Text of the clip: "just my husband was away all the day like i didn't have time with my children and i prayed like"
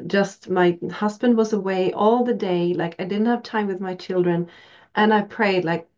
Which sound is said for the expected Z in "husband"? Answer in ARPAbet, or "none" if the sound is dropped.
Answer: Z